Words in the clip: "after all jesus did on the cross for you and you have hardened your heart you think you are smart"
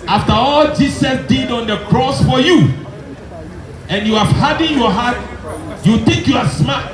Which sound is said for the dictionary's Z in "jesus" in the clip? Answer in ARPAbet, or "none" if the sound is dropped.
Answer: S